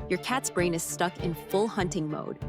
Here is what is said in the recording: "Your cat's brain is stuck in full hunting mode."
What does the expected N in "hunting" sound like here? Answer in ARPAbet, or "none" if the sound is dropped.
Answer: N